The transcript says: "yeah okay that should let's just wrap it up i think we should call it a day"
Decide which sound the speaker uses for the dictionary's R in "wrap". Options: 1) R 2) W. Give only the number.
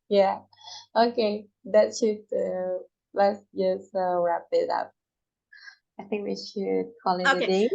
1